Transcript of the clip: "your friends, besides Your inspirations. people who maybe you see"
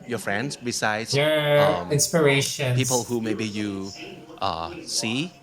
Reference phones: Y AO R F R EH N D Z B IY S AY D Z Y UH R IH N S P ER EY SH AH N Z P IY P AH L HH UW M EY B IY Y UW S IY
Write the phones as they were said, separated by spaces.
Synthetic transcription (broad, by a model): Y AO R F R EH N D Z B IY S AY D Y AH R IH N S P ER EY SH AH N P IY P AH L HH UW M EY B IY Y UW S IY